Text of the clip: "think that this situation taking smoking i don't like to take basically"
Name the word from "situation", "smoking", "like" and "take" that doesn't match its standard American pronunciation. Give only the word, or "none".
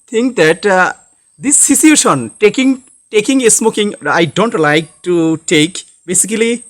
situation